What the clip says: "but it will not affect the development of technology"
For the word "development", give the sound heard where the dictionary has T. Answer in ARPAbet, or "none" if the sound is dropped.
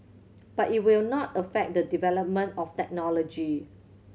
T